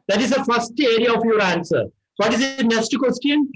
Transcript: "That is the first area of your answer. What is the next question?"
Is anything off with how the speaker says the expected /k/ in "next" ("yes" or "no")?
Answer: yes